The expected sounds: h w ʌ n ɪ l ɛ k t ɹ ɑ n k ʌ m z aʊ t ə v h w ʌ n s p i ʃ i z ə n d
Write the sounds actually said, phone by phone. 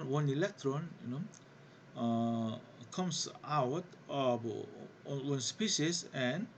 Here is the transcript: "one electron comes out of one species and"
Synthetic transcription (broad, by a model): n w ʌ n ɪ l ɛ k t ɹ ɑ n k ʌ m s aʊ t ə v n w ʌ n s p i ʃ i s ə n